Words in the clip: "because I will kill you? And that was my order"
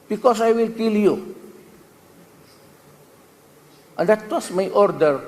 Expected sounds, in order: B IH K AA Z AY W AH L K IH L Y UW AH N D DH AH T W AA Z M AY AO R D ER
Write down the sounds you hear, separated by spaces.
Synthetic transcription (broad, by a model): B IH K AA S AY W AH L K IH L Y UW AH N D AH T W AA S M AY AO R D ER